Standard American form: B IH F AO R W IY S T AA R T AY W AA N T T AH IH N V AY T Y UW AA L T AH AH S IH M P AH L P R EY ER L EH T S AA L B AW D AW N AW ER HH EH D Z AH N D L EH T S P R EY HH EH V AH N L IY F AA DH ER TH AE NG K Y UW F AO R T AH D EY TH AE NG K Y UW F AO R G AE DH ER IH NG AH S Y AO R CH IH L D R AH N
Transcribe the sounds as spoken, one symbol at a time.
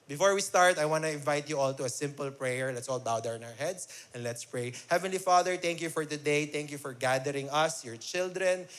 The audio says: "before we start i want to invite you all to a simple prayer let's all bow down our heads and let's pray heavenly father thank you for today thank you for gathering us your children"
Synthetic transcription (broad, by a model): B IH F AO R W IY S T AA R T AY W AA N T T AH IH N V AY T Y UW AA L T AH AH S IH M P AH L P R EY ER L EH T S AA L B AW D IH N AW ER HH EH D S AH N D L EH T S P R EY HH EH V AH N L IY F AA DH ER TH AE NG K Y UW F AO R T AH D EY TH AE NG K Y UW F AO R G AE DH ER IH NG AH S Y AO R CH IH L D R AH N